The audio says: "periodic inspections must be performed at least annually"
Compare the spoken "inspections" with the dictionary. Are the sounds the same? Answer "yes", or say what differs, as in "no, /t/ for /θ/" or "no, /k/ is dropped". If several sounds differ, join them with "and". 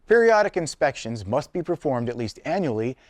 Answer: yes